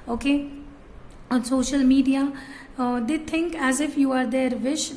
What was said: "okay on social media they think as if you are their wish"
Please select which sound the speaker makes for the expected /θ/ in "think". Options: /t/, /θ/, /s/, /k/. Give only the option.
/t/